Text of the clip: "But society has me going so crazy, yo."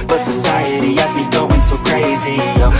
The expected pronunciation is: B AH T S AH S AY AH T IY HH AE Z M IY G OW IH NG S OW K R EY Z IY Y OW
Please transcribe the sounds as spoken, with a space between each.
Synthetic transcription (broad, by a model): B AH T S AH S AY AH T IY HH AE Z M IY G OW IH NG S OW K R EY Z IY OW